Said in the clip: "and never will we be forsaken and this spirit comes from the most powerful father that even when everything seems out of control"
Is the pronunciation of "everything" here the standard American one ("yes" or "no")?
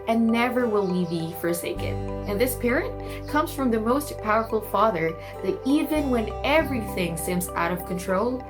yes